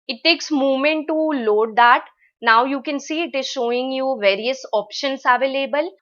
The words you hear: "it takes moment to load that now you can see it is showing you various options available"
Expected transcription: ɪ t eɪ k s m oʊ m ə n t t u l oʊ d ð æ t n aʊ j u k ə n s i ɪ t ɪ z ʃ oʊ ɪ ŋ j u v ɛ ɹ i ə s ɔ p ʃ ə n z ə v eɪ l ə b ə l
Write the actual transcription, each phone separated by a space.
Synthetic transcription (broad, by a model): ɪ t eɪ k s m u m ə n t t u l oʊ d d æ t n aʊ j u k ə n s i ɪ t ɪ z ʃ oʊ ɪ ŋ j u v ɛ ɹ i ə s ɔ p ʃ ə n s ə v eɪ l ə b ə l